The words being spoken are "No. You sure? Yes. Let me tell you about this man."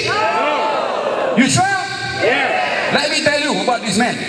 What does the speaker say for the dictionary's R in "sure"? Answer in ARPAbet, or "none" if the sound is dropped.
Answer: L